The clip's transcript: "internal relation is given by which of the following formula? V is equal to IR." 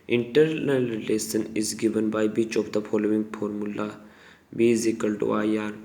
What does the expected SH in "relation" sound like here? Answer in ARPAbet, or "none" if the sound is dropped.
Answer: S